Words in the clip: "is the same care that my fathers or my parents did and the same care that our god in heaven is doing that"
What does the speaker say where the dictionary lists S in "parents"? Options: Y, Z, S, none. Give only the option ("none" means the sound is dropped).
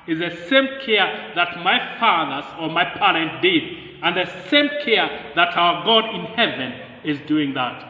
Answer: none